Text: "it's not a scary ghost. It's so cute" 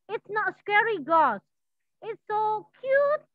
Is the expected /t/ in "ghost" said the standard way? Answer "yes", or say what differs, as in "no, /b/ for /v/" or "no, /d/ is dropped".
no, /t/ is dropped